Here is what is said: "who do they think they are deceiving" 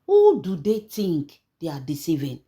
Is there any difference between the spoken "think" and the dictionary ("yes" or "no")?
yes